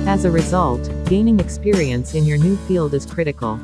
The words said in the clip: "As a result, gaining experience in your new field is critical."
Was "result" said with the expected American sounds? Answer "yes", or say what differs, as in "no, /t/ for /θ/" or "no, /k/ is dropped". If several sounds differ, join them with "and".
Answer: yes